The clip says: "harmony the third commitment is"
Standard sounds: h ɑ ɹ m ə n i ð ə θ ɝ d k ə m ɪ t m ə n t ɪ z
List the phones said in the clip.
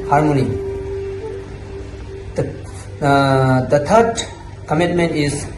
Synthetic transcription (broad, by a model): h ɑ ɹ m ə n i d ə t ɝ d k ə m ɪ t m ə n t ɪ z